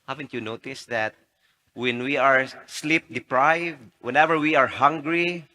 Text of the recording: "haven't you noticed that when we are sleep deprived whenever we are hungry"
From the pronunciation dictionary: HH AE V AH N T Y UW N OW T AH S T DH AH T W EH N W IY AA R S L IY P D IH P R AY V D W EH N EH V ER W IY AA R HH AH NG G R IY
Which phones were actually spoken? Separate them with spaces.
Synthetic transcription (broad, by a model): HH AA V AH N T Y UW N OW T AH S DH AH T W EH N W IY AA R S L IY P D IH P R AY V D W EH N EH V ER W IY AA R HH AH NG G R IY